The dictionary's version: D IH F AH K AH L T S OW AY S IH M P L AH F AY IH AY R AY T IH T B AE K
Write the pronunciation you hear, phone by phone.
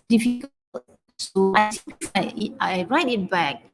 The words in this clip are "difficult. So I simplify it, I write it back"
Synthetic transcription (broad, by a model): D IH F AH K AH L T S OW AY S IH P AH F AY IH AY R AY T IH T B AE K